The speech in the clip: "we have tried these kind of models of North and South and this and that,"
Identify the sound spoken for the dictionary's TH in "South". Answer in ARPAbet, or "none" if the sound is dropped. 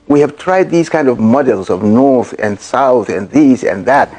TH